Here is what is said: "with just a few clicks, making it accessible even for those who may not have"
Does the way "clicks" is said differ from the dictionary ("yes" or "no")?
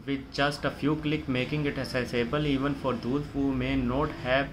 yes